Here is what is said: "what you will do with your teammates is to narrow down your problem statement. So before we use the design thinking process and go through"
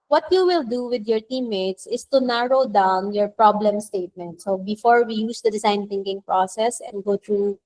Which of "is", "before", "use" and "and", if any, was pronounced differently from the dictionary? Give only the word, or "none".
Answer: is